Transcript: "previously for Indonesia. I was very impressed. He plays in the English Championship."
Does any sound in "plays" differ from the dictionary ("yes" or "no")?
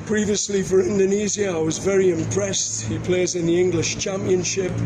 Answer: no